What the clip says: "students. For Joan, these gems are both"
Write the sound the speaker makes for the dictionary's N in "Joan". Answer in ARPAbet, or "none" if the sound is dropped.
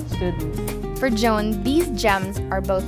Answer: N